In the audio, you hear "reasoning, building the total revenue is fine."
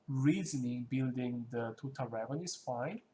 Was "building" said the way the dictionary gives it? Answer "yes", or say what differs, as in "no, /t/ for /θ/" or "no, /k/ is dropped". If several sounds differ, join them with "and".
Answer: yes